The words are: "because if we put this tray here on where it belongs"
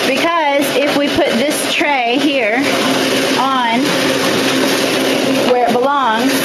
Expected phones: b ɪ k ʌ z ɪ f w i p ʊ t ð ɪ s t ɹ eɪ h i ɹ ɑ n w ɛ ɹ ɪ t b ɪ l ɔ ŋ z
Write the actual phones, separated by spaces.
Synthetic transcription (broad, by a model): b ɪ k ʌ z ɪ f w i p ʊ t ð ɪ s t ɹ eɪ h i ɹ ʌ n w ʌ ɹ ɪ t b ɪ l ɔ ŋ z